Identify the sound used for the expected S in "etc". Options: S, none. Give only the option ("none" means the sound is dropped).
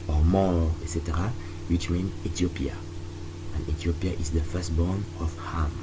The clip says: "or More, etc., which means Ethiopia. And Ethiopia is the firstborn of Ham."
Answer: S